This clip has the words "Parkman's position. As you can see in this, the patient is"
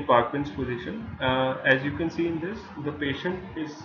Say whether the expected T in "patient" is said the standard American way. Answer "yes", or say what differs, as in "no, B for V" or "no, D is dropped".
yes